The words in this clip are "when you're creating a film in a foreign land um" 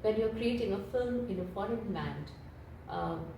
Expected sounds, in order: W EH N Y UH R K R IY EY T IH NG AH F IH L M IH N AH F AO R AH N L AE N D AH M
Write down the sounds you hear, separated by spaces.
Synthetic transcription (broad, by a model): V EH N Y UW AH K R IY EY T IH NG AH F IH L M IH N AH F AO R AH N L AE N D